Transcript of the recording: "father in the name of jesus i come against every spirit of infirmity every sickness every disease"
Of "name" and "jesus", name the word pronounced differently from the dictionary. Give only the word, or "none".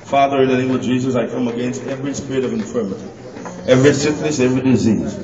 none